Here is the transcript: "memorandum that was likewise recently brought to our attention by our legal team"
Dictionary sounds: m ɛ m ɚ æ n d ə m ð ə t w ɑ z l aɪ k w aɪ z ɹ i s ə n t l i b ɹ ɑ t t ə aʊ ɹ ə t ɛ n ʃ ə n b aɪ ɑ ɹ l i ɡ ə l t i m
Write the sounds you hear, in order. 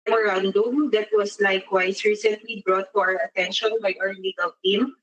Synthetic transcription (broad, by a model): m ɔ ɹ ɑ n d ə m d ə t w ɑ s l aɪ k w aɪ s ɹ i s ə n t l i b ɹ ɑ t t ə aʊ ɹ ə t ɛ n ʃ ə n b aɪ ɑ ɹ l i ɡ ə l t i m